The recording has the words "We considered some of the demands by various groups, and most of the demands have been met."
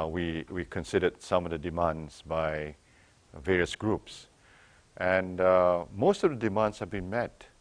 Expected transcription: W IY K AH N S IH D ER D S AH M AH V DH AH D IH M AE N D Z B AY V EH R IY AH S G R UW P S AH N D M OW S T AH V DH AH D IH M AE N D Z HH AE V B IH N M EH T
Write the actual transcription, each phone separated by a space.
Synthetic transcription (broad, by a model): W IY K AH N S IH D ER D S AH M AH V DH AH D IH M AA N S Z B AY V EH R IY AH S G R UW P S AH N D M OW S T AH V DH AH D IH M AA N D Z HH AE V B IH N M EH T